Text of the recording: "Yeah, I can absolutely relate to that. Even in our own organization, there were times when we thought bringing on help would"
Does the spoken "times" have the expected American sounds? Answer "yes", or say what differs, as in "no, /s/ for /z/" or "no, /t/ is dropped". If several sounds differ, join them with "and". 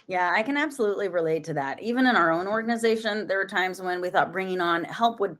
yes